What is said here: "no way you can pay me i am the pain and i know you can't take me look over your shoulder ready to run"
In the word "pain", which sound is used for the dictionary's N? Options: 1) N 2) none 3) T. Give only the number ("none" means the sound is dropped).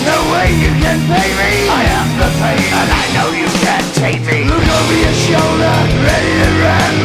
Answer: 2